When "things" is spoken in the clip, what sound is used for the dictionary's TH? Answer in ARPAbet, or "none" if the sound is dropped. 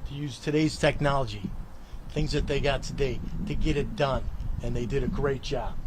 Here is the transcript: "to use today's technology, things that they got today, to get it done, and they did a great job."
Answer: TH